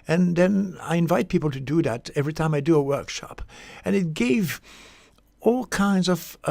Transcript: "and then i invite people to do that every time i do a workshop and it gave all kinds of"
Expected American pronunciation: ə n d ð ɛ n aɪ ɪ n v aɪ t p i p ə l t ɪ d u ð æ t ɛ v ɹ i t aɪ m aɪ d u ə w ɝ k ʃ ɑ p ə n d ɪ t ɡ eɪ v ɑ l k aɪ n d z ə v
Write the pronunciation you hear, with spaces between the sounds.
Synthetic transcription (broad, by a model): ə n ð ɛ n aɪ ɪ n v aɪ t p i p l t ɪ d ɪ ð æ t ɛ v ɹ i t aɪ m aɪ d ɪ ə w ɝ k ʃ ɑ p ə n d ɪ t ɡ eɪ v ɑ l k aɪ n d z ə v